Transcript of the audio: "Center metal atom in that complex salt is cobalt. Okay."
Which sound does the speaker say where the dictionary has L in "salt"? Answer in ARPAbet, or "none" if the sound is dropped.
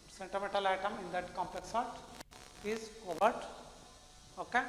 none